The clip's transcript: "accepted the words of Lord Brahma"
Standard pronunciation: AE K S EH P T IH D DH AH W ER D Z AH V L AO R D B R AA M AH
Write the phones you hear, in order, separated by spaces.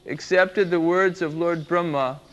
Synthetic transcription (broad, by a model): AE K S EH P T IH D DH AH W ER D Z AH V L AO R D B R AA M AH